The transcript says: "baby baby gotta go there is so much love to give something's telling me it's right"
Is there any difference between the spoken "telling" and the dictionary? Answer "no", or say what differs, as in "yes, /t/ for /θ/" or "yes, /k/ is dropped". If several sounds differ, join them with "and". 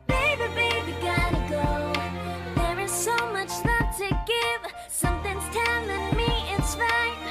yes, /n/ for /l/